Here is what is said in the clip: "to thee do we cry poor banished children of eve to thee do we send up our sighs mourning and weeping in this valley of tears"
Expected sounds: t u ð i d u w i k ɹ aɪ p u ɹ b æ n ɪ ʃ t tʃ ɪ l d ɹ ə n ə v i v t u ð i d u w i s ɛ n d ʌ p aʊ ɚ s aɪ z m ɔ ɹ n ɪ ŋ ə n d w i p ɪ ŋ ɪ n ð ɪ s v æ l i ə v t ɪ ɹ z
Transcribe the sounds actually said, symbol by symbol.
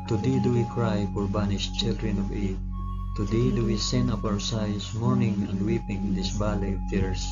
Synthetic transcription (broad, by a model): t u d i d u w i k ɹ aɪ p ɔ ɹ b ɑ n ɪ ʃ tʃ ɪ l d ɹ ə n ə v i t u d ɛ d u w i s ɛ n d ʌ p aʊ ɚ s aɪ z m ɔ ɹ n ɪ ŋ ə n d w i p ɪ ŋ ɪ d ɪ s b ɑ l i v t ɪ ɹ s